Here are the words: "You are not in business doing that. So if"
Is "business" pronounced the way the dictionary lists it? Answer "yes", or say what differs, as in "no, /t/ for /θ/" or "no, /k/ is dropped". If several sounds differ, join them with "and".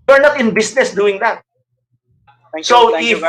no, /s/ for /z/